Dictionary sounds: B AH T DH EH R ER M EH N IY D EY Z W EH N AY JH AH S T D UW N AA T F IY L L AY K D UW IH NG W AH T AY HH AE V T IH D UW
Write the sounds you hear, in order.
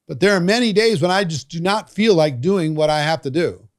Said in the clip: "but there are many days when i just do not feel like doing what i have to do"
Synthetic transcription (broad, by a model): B AH T DH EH R M EH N IY D EY Z W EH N AY JH AH S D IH N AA T F IY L L AY K D UW IH NG W AH T AY HH AE F T IH D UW